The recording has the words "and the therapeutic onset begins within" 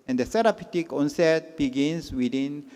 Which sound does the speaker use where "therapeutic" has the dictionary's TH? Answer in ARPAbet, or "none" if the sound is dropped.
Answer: S